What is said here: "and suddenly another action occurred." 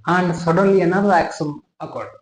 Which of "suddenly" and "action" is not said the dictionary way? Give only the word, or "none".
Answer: action